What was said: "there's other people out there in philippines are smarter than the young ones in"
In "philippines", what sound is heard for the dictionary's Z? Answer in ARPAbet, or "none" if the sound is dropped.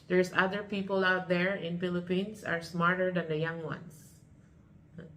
S